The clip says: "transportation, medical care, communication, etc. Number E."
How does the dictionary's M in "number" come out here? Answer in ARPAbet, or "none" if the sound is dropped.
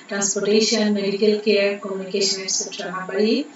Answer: none